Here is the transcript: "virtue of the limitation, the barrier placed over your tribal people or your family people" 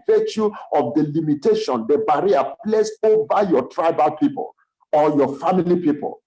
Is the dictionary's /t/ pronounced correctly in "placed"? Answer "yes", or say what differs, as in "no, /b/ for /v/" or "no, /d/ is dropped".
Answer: no, /t/ is dropped